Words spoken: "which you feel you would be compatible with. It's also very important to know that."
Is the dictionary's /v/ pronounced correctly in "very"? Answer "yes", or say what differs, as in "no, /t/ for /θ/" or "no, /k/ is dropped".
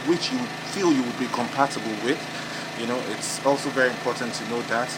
yes